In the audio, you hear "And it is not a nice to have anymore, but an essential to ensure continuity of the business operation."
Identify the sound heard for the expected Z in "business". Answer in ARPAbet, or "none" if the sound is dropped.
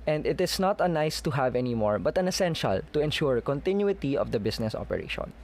S